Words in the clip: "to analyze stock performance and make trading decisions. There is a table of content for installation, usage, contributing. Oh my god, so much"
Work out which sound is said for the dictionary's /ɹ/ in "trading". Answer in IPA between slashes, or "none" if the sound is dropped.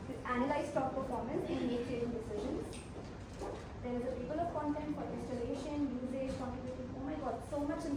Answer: none